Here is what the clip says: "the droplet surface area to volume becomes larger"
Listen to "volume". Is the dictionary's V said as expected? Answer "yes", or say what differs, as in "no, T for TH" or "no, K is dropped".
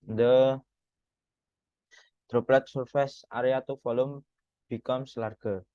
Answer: no, F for V